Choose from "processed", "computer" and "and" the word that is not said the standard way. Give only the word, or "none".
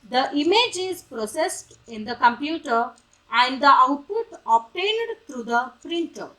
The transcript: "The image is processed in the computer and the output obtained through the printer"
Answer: none